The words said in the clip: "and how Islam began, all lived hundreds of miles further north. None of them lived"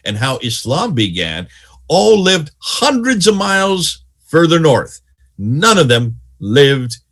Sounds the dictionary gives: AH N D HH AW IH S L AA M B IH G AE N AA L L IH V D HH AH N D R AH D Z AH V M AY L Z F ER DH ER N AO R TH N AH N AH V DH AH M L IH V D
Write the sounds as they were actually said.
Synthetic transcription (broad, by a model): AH N HH AW IH S L AA M B IH G AE N AA L L IH V D HH AH N D R AH D Z AH V M AY L Z F ER DH ER N AO R TH N AH N AH V DH AH M L IH V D